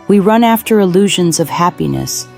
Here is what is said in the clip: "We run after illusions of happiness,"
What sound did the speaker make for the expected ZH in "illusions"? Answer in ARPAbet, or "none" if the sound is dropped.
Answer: ZH